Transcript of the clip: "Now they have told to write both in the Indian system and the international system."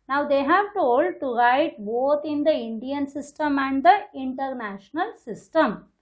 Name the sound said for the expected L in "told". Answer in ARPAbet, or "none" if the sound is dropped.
L